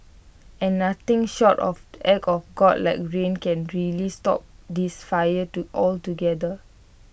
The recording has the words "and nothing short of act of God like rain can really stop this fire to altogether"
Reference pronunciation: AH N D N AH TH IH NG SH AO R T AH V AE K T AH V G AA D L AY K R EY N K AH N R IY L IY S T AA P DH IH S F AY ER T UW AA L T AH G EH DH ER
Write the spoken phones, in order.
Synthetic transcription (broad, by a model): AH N N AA T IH NG SH AO T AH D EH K AH F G AA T L AY K R EY N K AH N R IY L IY S T AA P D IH S F AY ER T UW AA L T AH G EH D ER